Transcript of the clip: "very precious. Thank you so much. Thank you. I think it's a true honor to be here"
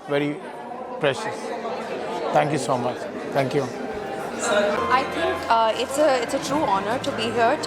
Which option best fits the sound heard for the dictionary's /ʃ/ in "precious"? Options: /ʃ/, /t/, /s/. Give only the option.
/ʃ/